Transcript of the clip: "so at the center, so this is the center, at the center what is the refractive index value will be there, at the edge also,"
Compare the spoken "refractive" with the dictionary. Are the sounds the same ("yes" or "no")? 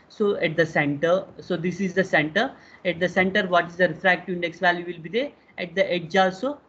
no